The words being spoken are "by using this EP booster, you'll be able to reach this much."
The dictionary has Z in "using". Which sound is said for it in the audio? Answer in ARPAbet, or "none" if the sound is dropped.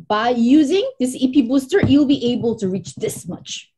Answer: Z